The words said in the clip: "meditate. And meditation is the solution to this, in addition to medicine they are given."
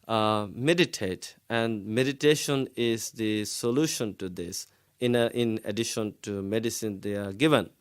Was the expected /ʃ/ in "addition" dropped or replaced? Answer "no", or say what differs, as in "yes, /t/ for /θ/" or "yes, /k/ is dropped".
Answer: no